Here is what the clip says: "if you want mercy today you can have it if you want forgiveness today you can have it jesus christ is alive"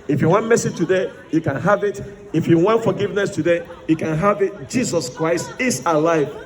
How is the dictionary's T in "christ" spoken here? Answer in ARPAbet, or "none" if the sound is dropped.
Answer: T